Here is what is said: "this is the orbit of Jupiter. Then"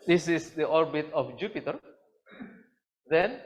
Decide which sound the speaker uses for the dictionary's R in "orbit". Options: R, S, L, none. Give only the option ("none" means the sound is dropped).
R